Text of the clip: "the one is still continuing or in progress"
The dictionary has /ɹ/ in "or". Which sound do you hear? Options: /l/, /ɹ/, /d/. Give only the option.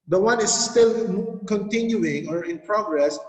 /ɹ/